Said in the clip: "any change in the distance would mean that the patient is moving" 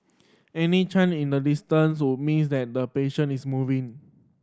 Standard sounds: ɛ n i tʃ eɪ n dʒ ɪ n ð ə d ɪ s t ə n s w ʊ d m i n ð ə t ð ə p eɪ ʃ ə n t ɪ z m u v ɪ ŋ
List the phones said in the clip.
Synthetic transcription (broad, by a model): ɛ n i tʃ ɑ n ɪ n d ə d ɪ s t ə n s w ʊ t m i n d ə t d ə p eɪ ʃ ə n ɪ s m u v ɪ ŋ